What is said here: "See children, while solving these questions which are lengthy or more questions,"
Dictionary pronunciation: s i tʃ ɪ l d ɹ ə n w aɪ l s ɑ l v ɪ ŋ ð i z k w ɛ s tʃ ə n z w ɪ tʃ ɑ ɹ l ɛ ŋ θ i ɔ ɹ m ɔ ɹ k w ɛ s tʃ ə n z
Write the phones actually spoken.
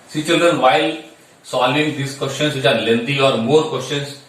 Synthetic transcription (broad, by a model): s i tʃ ɪ l d ɹ ə n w aɪ l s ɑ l ɪ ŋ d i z k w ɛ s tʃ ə n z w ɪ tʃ ɑ ɹ l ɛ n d i ɔ ɹ m ɔ ɹ k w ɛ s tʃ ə n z